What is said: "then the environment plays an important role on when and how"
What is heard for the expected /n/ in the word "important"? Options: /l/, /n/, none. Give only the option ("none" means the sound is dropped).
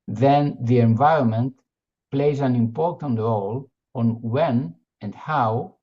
/n/